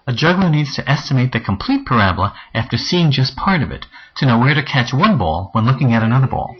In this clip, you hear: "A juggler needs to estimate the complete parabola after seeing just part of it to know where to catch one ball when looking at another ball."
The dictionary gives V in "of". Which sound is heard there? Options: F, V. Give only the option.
V